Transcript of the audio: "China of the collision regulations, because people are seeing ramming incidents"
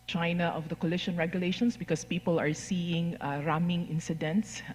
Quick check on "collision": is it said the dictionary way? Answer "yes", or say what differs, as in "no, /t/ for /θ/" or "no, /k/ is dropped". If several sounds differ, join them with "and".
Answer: no, /ʃ/ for /ʒ/